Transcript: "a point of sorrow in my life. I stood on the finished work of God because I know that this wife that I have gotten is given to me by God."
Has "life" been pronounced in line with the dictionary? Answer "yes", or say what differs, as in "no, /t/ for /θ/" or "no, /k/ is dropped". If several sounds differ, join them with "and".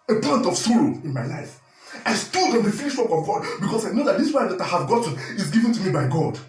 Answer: yes